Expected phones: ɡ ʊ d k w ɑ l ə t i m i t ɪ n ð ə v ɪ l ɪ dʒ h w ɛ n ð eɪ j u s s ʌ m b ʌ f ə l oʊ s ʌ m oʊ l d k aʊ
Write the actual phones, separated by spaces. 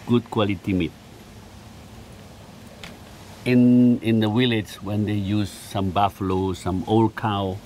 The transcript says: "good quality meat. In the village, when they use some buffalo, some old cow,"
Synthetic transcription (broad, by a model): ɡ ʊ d k w ɑ l ə t i m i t ɪ n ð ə w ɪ l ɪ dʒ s w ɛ n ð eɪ j u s s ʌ m b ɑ f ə l oʊ s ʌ m oʊ l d k aʊ